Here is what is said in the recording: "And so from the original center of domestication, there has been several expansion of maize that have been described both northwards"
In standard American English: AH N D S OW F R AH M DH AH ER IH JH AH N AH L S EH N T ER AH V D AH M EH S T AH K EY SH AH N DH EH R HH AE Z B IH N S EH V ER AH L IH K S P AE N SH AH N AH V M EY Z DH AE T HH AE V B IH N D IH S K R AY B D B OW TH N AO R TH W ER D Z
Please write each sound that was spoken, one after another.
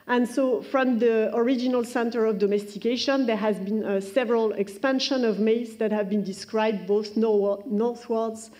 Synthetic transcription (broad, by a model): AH N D S OW F R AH M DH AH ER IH JH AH N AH L S EH N T ER AH V D AH M EH S T AH K EY SH AH N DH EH R HH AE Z B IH N S EH V ER AH L IH K S P AE N SH AH N AH V M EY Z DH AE T HH AE V B IH N D IH S K R AY B D B OW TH N AO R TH W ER D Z